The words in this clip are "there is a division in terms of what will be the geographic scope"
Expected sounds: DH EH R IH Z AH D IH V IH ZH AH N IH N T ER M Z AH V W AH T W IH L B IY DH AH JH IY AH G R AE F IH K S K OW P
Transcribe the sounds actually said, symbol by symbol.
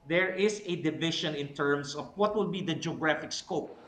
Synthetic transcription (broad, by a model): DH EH R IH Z AH D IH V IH SH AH N IH N T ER M S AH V W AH T W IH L B IY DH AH JH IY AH G R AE F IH K S K OW P